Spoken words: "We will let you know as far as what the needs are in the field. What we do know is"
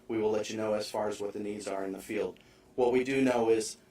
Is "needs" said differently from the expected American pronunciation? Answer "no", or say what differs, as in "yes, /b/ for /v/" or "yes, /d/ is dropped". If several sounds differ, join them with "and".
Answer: no